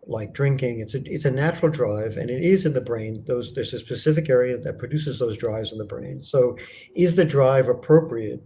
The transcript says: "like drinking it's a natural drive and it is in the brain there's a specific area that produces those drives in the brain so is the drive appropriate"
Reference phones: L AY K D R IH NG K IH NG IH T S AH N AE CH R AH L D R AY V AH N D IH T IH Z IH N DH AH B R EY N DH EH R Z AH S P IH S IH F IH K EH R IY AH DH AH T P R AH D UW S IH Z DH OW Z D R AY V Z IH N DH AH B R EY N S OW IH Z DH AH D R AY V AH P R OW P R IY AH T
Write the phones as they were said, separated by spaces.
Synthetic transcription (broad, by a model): L AY K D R IH NG K IH NG IH T S AH N AE CH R L D R AY V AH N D IH T IH Z IH N DH AH B R EY N DH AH R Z AH S P IH S IH F IH K EH R IY AH DH AH T P R AH D UW S IH Z DH OW Z D R AY V Z N DH AH B R EY N S OW IH Z DH AH D R AY V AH P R OW P R IY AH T